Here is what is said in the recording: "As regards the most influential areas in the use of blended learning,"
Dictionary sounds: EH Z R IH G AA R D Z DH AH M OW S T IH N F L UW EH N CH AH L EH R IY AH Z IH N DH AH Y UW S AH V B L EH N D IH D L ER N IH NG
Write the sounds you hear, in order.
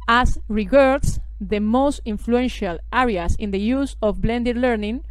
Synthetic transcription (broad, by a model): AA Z R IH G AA R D S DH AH M OW S T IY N F L UW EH N SH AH L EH R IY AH S IH N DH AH Y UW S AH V B L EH N D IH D L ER N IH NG